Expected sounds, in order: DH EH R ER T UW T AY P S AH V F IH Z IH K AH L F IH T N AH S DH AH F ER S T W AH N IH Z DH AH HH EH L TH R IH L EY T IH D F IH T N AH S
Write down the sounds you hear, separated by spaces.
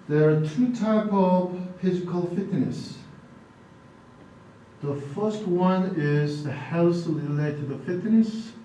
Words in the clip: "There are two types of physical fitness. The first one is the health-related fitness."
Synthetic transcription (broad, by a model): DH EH R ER T UW T AY P AH V F IH Z IH K AH L F IH T N AH S DH AH F ER S T W AH N IH Z DH AH HH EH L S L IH L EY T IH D F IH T N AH S